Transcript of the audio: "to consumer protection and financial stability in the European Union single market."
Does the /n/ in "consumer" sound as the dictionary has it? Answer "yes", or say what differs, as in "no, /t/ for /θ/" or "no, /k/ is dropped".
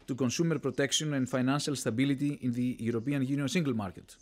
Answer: yes